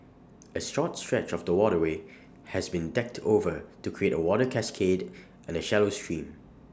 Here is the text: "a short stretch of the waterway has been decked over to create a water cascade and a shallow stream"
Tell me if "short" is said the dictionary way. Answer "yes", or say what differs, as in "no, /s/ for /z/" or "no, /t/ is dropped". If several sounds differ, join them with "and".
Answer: no, /s/ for /ʃ/